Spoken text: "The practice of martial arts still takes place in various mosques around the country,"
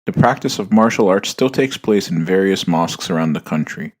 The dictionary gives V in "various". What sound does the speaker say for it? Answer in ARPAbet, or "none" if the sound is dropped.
V